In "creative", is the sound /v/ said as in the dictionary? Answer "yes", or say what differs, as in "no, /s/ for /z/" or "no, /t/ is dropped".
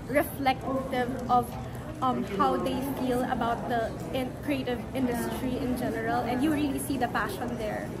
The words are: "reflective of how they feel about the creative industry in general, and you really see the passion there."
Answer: yes